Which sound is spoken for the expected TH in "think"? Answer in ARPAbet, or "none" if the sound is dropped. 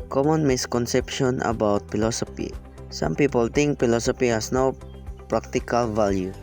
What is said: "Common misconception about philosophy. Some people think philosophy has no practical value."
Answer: T